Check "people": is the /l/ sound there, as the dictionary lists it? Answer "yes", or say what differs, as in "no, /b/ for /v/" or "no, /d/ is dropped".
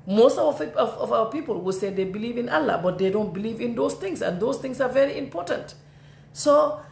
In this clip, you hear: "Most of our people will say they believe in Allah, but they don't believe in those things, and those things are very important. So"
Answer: yes